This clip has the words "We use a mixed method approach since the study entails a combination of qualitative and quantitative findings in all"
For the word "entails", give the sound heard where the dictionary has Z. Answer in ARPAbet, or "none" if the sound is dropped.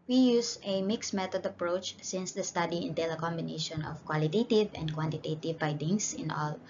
none